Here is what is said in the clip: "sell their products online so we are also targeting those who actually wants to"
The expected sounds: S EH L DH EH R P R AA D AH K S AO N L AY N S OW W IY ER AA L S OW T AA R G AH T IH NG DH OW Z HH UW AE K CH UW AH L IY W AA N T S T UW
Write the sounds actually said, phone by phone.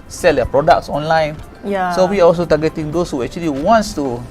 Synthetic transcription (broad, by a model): S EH L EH P R AA D AH K S AO N L AY N S OW W IY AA AA L S OW T AA G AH T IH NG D OW S HH UW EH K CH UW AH L IY W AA N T S T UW